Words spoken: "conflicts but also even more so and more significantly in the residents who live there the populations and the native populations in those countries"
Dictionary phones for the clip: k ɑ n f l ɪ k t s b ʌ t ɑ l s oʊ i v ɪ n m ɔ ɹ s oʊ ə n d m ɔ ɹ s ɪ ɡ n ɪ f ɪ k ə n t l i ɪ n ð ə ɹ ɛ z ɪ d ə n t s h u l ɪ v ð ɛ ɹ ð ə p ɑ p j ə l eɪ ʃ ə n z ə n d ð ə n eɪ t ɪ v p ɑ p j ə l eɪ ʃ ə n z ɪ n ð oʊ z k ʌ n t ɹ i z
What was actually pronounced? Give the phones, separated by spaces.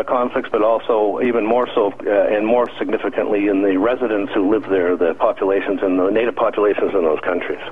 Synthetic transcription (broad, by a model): k ɑ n f l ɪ k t s b ʌ t ɑ l s oʊ i v ɪ n m ɔ ɹ s oʊ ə n m ɔ ɹ s ɪ ɡ n ɪ f ɪ k ə n t l i ɪ n ð ə ɹ ɛ z ɪ d ə n t s h u l ɪ v ð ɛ ɹ ð ə p ɑ p j ə l eɪ ʃ ə n z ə n ð ə n eɪ t ɪ v p ɑ p j ə l eɪ ʃ ə n z ɪ n ð oʊ z k ʌ n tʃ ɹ i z